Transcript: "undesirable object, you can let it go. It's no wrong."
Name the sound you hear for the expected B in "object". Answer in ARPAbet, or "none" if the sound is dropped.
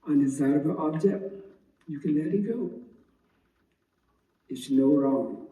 B